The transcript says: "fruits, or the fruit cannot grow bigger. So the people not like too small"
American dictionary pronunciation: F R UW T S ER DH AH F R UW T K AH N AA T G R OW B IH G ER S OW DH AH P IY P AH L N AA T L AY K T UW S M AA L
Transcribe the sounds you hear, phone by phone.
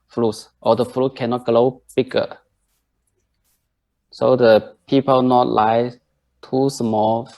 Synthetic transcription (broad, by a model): F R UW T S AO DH AH F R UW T K AH N AA T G L OW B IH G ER S OW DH AH P IY P AH L N AA T L AY T UW S M AA L